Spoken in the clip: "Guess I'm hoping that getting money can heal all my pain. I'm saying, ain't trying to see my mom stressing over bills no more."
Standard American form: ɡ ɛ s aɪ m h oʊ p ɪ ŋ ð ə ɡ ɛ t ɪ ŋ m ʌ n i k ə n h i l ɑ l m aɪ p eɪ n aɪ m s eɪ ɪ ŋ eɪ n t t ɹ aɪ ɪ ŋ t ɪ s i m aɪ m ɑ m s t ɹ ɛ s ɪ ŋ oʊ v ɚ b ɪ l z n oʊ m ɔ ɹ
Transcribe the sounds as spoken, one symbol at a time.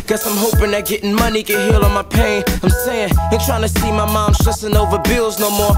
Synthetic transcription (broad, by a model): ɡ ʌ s aɪ m h oʊ p ɪ ŋ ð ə ɡ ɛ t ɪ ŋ m ʌ n i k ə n h i l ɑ n m aɪ p eɪ n aɪ m s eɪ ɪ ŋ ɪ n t t ɹ aɪ ɪ ŋ t ɪ s i m aɪ m ɑ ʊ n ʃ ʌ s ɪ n oʊ v ɚ b ɪ l z n oʊ m ɔ ɹ